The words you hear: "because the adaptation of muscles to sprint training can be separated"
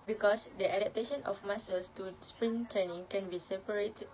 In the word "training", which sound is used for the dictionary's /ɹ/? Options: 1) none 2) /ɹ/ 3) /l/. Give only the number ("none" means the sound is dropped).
1